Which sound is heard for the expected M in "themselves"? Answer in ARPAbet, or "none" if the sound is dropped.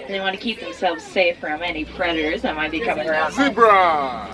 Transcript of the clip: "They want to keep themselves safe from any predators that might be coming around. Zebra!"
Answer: M